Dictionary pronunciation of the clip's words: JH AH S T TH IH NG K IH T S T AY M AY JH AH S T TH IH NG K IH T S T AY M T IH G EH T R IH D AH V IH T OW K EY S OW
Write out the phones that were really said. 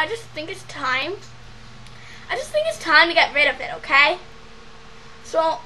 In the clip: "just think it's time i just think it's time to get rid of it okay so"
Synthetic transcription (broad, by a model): JH AH S TH IH NG K IH T S T AY M AY JH AH S TH IH NG K IH T S T AY M T IH G EH T R IH D AH V IH T OW K EY S OW